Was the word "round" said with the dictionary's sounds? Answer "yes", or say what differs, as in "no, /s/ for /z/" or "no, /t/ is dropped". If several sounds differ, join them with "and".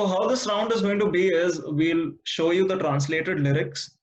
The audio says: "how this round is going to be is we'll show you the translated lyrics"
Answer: yes